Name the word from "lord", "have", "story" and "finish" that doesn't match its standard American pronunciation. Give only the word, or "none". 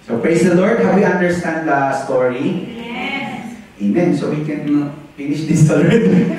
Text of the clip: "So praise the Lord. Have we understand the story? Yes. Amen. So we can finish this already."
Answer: have